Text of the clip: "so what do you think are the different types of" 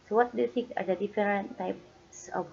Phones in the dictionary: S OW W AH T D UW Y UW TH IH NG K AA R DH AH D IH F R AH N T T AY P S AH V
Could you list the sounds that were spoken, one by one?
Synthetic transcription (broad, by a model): S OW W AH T D UW Y UW T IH NG K AA R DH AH D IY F R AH N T T AY P S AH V